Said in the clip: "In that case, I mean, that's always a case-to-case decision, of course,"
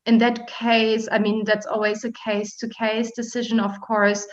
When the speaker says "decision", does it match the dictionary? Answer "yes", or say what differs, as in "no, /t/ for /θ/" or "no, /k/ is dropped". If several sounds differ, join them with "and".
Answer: yes